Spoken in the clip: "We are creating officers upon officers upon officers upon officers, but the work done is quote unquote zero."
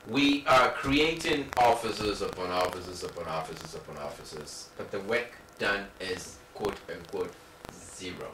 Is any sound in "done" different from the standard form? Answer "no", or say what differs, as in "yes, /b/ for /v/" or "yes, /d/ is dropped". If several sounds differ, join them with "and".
no